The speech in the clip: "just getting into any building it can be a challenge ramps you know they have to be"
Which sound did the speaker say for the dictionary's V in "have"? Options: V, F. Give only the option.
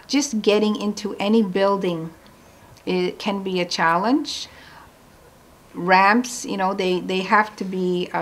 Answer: F